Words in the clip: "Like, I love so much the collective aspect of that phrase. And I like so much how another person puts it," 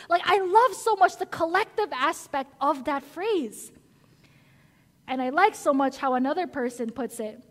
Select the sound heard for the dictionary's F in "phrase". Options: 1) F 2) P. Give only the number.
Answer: 1